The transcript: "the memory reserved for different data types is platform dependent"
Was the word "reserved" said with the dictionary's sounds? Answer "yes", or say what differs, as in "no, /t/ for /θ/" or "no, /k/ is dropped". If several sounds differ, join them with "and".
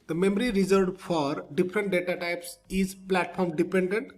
no, /v/ is dropped